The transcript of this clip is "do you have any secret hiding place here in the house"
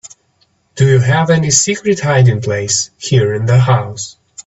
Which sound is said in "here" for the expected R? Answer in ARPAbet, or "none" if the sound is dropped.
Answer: R